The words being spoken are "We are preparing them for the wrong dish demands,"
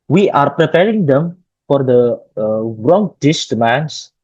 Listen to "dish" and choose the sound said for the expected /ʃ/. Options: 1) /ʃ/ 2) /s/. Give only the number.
2